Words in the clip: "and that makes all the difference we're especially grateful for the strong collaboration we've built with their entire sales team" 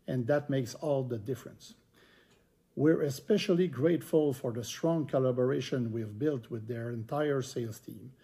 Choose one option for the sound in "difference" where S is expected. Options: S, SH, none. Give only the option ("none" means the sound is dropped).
S